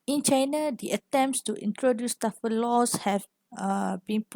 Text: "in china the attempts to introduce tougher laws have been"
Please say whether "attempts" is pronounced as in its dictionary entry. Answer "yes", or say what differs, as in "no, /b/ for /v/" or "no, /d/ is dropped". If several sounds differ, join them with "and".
yes